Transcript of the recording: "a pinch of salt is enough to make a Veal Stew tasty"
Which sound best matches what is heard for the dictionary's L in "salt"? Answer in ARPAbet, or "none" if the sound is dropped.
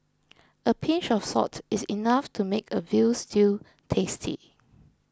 none